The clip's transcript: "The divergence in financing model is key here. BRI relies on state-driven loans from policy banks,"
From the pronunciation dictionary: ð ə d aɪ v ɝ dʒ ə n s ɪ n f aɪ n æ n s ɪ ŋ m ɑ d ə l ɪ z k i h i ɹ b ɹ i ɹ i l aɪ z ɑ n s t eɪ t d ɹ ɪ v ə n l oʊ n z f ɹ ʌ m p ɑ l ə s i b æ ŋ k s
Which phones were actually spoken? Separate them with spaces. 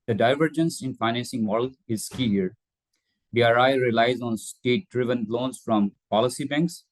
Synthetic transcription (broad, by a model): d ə d aɪ v ɝ dʒ ə n s ɪ n f aɪ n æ n s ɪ ŋ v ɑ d l ɪ z k i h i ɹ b ɹ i ɹ i l aɪ z ɑ n s t eɪ t d ɹ ɪ v ə n l oʊ n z f ɹ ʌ m p ɑ l ə s i b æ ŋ k s